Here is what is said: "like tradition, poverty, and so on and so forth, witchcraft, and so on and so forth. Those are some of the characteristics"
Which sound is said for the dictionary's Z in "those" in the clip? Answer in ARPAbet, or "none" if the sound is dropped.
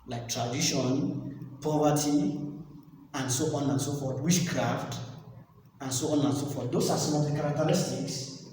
S